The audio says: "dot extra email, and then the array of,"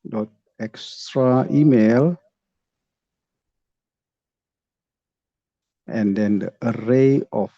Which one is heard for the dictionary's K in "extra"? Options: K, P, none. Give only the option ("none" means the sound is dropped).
K